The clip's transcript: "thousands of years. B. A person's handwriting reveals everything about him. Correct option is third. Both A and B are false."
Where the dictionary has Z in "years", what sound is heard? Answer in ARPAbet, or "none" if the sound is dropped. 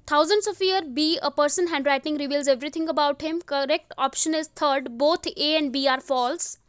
none